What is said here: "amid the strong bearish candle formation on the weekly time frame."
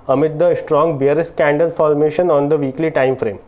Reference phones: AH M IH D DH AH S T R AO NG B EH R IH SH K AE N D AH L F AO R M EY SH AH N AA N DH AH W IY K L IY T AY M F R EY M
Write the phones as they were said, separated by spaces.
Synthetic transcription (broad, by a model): AH M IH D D AH S T R AO NG B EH R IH S K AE N D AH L F AO R M EY SH AH N AA N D AH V IY K L IY T AY M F R EY M